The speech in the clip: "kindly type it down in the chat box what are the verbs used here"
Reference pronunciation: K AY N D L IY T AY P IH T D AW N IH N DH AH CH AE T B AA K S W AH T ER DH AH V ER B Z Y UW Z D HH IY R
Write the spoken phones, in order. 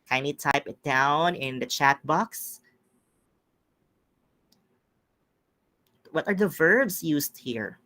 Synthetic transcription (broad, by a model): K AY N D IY T AY P IH T D AW N IH N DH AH CH AE T B AA K S W AH T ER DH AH V ER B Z Y UW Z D HH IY R